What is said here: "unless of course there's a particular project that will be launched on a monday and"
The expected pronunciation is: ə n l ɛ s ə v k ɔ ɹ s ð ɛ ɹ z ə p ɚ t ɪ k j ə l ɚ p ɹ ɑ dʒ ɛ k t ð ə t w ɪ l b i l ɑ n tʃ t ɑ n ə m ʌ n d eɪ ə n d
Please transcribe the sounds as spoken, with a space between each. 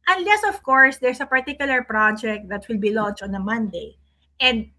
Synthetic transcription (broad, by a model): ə n l ɛ s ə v k ɔ ɹ s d ɛ ɹ s ə p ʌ t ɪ k j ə l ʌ p ɹ ɑ dʒ ɛ k t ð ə t w ɪ l b i l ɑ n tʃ ɑ n ə m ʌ n d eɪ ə n d